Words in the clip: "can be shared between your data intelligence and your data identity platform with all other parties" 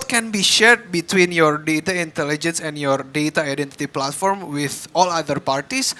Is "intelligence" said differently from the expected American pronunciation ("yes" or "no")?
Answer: no